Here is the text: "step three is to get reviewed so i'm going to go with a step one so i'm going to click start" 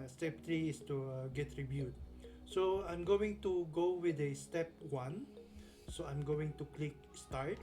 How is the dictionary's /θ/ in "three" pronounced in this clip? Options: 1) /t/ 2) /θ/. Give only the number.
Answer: 1